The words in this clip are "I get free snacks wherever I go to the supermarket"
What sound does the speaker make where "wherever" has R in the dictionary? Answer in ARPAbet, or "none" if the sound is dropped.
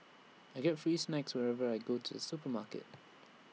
R